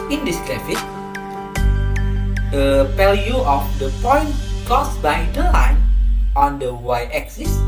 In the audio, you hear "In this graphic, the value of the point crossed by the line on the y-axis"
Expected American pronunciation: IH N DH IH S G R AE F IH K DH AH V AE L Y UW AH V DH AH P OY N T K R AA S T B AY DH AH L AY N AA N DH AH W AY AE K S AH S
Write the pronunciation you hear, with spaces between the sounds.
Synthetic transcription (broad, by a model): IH N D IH S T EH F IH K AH P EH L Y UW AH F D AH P OY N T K AA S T B AY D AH L AY N AA N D AH W AY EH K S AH S